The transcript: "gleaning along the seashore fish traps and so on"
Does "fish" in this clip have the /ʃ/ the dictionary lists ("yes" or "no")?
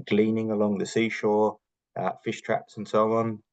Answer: yes